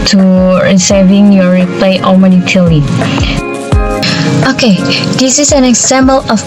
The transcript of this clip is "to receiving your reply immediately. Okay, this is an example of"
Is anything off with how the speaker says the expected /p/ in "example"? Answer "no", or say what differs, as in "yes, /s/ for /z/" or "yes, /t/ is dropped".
yes, /b/ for /p/